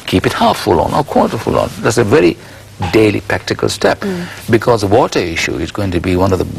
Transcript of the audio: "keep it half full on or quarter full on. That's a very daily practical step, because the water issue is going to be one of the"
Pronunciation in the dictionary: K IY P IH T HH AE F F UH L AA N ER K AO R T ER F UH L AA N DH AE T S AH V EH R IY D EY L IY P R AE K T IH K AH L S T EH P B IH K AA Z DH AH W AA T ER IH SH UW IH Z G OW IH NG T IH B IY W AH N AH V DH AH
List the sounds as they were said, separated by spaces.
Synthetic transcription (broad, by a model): K IY P IH T HH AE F F UH L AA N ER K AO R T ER F UH L AA N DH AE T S AH V EH R IY D EY L IY P R AE K T IH K AH L S T EH P B IH K AA Z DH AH W AA T ER IH SH UW IH Z G OW IH NG T IH B IY W AH N AH V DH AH